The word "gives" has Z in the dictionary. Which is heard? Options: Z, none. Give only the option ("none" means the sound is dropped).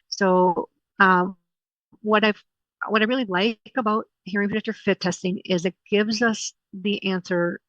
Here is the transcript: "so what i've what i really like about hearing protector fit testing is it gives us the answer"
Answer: Z